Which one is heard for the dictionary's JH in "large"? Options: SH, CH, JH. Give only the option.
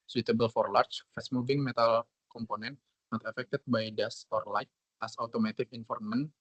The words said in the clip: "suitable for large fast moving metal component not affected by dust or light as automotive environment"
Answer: CH